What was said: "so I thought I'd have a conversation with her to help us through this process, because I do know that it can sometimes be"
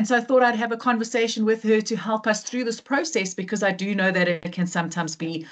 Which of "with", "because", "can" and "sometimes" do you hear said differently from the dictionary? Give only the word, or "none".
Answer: none